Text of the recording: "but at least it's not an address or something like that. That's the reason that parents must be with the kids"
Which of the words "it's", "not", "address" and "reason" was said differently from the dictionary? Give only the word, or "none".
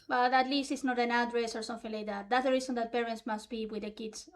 reason